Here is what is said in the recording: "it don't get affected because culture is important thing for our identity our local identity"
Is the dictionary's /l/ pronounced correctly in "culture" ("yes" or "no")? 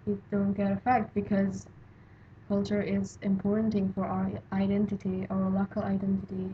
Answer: yes